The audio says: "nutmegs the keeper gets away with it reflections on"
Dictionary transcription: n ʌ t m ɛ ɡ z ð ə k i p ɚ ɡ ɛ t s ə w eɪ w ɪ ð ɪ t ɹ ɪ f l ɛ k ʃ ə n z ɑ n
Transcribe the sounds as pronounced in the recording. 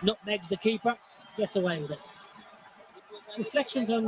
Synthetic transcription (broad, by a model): n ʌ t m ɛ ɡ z ð ə k i p ɚ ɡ ɛ t ə w eɪ w ɪ ð ɪ t ɹ ɪ f l ɛ k ʃ ə n z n